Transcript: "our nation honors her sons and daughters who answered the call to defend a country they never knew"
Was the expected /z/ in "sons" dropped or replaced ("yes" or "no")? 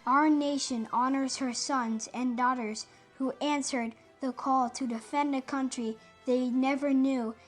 no